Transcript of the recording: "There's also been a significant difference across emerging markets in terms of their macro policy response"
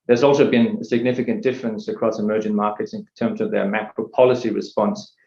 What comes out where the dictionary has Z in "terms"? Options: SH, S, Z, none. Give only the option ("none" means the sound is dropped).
Z